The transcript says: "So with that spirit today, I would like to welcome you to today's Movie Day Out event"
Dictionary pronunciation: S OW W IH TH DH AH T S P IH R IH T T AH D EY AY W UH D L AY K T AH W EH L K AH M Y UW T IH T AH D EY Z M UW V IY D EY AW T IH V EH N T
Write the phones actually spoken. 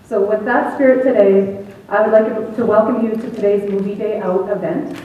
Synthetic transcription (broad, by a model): S OW W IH DH AH T S P IH R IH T T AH D EY AY W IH D L AY K T AH W EH L K AH M Y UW T IH T AH D EY Z M UW V IY D EY AW T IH V EH N T